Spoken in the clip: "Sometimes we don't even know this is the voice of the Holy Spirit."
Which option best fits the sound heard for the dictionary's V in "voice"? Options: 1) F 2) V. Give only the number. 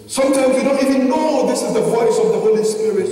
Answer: 2